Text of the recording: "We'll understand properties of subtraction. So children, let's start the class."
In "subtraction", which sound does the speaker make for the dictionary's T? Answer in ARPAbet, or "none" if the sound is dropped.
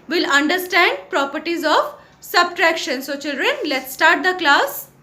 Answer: T